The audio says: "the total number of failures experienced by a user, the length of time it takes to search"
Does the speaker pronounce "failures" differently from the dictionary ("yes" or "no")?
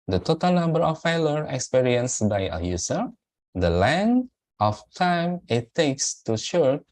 yes